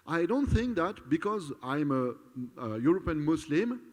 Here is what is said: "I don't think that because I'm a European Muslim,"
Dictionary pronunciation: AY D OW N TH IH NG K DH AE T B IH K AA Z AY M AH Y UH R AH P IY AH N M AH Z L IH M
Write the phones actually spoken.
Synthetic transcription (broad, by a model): AY D OW N TH IH NG K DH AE T B IH K AA Z AY M AH Y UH R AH P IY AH N M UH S L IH M